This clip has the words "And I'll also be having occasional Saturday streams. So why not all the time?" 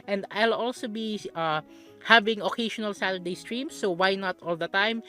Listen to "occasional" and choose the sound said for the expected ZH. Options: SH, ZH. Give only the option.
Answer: SH